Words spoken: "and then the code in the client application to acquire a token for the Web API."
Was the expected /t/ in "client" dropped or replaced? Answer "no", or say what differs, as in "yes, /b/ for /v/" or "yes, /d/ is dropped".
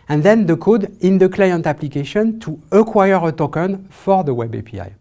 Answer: no